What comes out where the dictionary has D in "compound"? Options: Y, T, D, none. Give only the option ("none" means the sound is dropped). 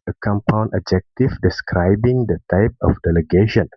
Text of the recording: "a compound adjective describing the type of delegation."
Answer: none